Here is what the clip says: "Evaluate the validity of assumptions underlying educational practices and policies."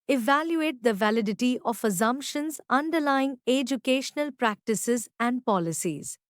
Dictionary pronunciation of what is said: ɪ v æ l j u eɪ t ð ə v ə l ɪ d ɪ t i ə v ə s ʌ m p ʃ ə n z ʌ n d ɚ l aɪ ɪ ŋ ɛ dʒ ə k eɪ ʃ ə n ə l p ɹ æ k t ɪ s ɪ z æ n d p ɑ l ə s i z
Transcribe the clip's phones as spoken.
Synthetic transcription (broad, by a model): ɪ v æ l j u eɪ t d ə v ə l ɪ d ɪ t i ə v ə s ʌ m p ʃ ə n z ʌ n d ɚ l aɪ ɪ ŋ ɛ dʒ ə k eɪ ʃ ə n ə l p ɹ æ k t ɪ s ɪ z æ n d p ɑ l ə s i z